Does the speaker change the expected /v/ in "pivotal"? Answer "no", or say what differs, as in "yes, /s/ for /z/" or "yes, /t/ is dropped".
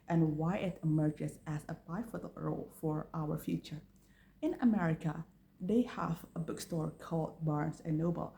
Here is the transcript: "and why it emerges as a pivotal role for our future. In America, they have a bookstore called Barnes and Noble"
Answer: yes, /f/ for /v/